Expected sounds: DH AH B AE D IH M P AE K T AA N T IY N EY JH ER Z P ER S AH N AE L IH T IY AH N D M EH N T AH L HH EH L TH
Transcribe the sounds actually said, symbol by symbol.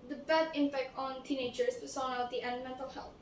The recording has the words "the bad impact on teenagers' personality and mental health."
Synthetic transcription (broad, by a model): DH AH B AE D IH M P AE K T AA N T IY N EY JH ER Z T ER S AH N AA IH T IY AH N D M EH N T AH L HH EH L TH